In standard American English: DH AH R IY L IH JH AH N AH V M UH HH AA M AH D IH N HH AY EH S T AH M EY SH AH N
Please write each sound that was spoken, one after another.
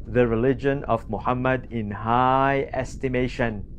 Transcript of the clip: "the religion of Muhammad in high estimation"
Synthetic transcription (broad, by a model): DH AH R IY L IH JH AH N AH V M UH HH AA M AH D IH N HH AY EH S T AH M EY SH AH N